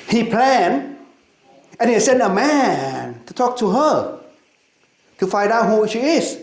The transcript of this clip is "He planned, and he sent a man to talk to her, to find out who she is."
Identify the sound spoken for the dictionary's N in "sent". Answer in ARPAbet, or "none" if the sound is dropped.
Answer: N